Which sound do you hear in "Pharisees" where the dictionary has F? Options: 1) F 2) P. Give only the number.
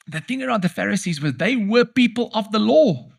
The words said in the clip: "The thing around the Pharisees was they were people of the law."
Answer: 1